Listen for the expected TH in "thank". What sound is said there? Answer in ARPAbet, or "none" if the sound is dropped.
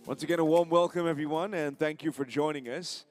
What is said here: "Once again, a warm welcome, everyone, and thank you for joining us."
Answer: TH